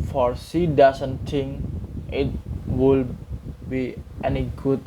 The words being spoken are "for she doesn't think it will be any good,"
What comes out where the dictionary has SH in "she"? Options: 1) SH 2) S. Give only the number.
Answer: 2